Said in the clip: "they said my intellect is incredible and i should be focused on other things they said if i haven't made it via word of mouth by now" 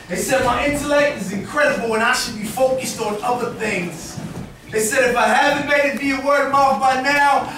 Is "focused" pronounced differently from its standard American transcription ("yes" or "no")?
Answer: no